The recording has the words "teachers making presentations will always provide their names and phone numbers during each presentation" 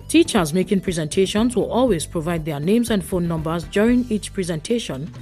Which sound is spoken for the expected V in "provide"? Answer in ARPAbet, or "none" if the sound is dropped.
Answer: V